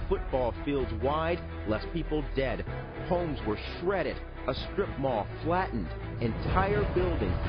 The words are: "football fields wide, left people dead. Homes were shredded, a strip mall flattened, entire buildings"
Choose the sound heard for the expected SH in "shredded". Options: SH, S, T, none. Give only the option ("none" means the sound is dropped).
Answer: SH